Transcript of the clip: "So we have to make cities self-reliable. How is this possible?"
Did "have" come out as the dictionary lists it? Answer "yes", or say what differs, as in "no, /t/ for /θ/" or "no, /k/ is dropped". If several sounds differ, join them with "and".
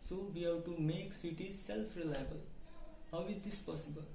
no, /w/ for /v/